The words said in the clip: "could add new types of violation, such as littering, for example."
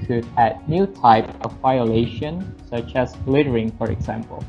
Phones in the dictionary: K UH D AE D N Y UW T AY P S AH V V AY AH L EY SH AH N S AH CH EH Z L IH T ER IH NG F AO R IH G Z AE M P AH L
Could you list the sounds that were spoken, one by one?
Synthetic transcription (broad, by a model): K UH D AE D N Y UW T AY P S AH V V AY AH L EY SH AH N S AH CH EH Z L IH T ER IH NG F AO R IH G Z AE M P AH L